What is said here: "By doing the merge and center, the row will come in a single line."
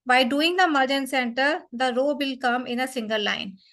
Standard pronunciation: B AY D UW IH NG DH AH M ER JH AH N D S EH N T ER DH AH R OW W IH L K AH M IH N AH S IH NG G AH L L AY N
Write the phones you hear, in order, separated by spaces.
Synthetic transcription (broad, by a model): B AY D UW IH NG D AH M ER JH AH N S EH N T ER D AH R OW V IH L K AH M IH N AH S IH NG G AH L L AY N